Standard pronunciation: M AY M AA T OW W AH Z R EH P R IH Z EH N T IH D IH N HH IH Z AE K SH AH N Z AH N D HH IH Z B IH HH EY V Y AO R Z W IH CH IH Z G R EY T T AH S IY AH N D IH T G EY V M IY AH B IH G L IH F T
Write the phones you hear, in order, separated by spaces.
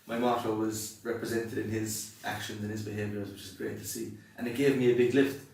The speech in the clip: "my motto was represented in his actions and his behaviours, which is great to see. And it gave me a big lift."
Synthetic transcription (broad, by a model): M AY M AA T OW W AH Z R EH P R IH Z EH N T IH D IH N IH Z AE K SH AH N Z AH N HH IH Z B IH HH EY V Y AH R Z W IH CH IH Z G R EY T T AH S IY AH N IH T G EY V M IY AH B IH G L IH F T